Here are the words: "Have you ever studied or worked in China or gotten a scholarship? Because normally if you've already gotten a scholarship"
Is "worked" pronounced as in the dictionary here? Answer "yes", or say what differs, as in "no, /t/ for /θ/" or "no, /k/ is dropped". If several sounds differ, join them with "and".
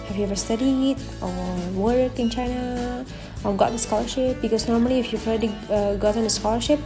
no, /t/ is dropped